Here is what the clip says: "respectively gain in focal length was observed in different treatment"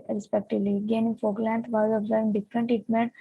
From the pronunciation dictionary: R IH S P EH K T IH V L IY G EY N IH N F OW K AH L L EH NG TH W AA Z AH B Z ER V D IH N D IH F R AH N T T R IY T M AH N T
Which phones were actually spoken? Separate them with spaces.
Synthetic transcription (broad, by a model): R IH S P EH K T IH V L IY G EY N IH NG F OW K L L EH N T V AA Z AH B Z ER V IH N D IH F R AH N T T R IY T M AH N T